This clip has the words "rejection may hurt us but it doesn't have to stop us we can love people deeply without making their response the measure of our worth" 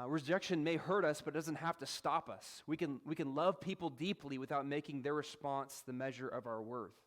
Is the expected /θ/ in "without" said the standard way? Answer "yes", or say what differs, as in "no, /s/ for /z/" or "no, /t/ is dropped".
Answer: yes